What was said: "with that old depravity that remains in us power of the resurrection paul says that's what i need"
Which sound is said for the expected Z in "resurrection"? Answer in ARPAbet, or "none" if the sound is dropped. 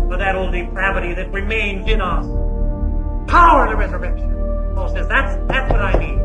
Z